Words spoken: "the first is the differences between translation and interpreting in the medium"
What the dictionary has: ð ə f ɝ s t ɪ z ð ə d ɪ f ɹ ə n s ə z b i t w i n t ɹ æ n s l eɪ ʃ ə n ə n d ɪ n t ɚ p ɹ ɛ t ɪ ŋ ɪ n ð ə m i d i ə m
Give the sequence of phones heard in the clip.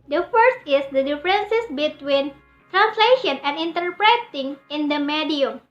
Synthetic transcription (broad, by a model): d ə f ɝ s t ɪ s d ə d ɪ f ɹ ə n s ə s b i t w i n t ɹ æ n s l eɪ ʃ ə n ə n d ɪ n t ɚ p ɹ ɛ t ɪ ŋ ɪ n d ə m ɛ d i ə m